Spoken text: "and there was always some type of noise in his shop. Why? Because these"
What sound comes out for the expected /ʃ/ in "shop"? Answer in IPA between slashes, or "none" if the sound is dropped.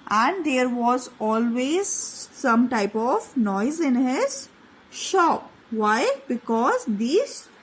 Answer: /ʃ/